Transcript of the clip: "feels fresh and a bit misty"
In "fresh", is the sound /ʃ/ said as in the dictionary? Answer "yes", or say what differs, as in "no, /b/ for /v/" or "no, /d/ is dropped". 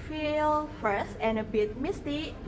no, /s/ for /ʃ/